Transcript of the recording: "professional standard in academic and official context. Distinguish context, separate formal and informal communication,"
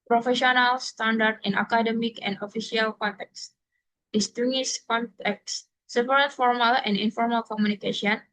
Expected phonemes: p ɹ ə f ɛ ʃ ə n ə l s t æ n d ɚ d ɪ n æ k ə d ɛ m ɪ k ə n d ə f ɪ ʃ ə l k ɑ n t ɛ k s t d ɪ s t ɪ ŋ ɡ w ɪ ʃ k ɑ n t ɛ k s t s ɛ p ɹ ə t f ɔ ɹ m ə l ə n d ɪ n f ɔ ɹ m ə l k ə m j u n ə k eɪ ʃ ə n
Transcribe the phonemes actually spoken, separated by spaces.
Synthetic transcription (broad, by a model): p ɹ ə f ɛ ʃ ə n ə l s t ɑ n d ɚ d ɪ n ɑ k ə d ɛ m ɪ k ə n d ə f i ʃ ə l k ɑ n t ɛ k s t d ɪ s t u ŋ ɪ s k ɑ n t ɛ k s s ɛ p ɹ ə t f ɔ ɹ m ə l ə n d ɪ n f ɔ ɹ m ə l k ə m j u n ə k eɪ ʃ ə n